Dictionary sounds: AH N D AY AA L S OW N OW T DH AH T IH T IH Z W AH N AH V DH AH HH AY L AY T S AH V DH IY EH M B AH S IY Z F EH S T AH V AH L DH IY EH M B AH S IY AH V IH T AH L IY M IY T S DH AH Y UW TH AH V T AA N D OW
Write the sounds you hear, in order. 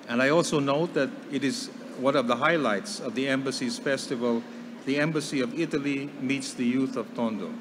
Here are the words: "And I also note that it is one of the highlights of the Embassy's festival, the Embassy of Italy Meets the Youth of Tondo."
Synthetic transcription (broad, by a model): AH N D AY AA L S OW N OW T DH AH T IH T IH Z W AH N AH V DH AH HH AY L AY T S AH V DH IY EH M B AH S IY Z F EH S T AH V AH L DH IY EH M B AH S IY AH V IH T AH L IY M IY T S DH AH Y UW TH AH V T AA N D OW